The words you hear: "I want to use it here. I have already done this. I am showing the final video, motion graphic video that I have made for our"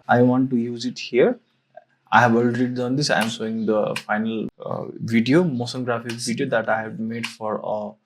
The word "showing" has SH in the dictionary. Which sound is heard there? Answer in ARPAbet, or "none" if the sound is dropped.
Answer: S